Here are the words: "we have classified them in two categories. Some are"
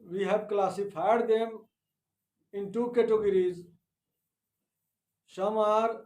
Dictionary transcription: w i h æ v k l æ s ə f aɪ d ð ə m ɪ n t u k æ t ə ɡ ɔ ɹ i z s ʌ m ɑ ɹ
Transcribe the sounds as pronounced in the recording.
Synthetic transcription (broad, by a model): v i h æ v k l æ s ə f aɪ d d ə m ɪ n t u k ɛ t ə ɡ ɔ ɹ i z ʃ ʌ m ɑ ɹ